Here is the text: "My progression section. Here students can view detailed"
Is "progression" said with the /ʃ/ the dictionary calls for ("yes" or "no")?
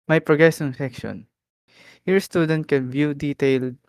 no